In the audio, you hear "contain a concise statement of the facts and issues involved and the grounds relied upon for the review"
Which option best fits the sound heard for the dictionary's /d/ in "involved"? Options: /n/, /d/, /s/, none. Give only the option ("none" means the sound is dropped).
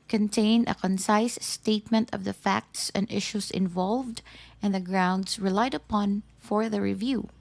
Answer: /d/